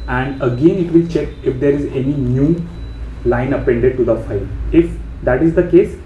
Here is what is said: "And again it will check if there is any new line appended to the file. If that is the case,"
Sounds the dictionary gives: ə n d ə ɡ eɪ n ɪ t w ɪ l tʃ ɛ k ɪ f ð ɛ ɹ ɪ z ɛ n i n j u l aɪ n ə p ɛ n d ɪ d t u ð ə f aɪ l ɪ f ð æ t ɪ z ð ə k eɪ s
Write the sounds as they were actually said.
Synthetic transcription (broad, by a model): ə n d ə ɡ eɪ n ɪ t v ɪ l tʃ ɛ k ɪ f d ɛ ɹ ɪ z ɛ n i n j u l aɪ n ə p ɛ n d ɪ d t u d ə f aɪ l ɪ f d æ t ɪ z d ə k eɪ s